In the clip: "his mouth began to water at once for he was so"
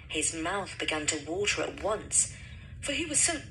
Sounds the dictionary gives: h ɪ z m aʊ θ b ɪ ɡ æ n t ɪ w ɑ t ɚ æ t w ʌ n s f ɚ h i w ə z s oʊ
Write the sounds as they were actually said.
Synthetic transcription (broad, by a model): h ɪ z m aʊ θ b ɪ ɡ æ n t ɪ w ɑ t ɚ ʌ t w ʌ n s f ɚ i w ə z s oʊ